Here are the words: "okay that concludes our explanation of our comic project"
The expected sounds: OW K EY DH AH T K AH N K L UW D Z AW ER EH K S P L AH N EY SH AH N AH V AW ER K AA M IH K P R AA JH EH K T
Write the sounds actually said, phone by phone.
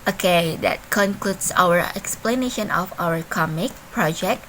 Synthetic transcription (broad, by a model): OW K EY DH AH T K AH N K L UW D S AW ER EH K S P L AH N EY SH AH N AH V AW ER K AA M IH K P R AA JH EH K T